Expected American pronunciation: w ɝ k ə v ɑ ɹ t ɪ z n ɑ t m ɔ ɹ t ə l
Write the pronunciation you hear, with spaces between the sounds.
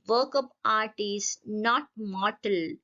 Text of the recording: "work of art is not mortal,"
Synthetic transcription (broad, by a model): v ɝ k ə p ɑ ɹ t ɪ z n ɑ t m ɔ ɹ t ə l